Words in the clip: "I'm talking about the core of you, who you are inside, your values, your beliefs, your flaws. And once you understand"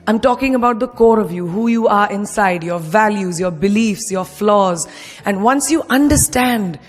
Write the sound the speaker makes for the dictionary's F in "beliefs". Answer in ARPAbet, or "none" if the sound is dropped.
F